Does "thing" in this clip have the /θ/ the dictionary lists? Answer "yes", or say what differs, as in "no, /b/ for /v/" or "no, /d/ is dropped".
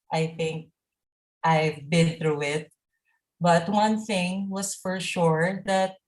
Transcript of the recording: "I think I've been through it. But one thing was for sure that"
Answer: yes